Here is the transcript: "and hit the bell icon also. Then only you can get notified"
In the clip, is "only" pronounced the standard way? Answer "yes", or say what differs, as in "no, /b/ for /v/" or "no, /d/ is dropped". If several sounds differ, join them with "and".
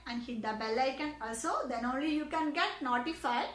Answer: yes